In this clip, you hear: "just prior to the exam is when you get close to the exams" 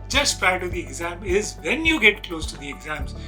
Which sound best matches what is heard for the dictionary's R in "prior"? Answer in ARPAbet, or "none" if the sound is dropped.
none